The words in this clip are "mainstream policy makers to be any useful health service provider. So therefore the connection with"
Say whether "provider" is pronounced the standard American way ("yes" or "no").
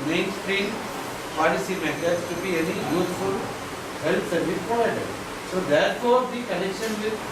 no